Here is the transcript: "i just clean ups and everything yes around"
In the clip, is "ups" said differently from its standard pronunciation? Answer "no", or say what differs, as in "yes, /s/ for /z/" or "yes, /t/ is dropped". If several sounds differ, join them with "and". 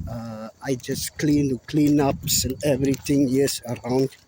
no